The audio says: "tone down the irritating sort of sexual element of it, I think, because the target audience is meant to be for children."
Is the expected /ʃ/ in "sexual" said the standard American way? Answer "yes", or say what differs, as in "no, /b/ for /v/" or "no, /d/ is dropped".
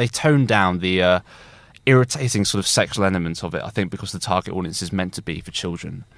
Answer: yes